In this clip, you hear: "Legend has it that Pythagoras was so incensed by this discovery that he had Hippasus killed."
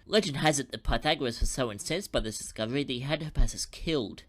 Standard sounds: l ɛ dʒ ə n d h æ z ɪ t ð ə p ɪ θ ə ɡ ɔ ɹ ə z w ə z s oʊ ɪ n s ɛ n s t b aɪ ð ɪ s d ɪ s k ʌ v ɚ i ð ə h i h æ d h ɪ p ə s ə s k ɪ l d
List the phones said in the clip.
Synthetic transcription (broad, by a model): l ɛ dʒ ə n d h æ z ɪ t ð ə p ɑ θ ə ɡ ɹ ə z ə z s oʊ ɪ n s ɛ n s b aɪ ð ɪ s d ɪ s k ʌ v ɚ i ð ə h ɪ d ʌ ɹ p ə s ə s k ɪ l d